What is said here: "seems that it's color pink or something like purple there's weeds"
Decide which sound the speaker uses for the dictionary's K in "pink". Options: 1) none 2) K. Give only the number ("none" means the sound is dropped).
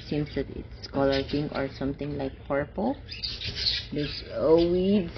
1